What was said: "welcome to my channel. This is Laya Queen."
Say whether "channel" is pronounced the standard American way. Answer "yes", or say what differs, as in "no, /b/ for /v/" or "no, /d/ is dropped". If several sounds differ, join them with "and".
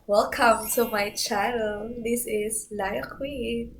no, /n/ is dropped